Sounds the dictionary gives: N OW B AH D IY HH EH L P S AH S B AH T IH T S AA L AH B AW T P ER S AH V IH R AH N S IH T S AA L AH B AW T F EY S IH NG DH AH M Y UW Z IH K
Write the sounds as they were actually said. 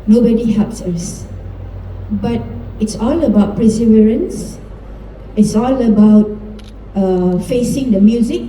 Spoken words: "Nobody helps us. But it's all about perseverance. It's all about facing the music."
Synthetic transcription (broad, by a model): N OW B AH D IY HH EH L P S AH S B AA T IH T S AA L AH B AW T P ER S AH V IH R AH N S IH T S AA L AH B AW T F EY S IH NG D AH M Y UW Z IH K